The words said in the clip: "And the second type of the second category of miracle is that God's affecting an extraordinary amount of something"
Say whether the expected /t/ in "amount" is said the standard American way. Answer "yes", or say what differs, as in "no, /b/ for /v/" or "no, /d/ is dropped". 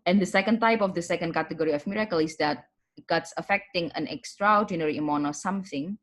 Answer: no, /t/ is dropped